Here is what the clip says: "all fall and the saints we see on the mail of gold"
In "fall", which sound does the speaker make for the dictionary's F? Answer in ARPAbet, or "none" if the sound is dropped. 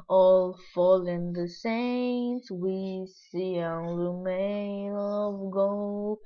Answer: F